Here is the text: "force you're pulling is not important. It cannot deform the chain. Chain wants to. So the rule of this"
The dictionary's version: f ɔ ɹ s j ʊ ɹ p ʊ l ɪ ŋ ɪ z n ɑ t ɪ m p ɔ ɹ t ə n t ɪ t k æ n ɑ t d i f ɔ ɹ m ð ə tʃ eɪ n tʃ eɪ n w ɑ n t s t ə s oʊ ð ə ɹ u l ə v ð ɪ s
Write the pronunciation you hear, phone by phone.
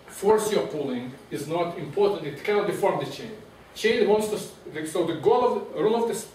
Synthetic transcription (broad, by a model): f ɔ ɹ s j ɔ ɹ p ʊ l ɪ ŋ ɪ z n ɑ t ɪ m p ɔ ɹ t ə n t ɪ t k æ n ɑ t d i f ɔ ɹ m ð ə tʃ eɪ n tʃ eɪ n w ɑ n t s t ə s oʊ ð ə ɹ u l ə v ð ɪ s